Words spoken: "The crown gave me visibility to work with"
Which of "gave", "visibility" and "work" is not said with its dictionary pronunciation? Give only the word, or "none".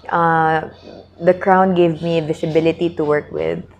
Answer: visibility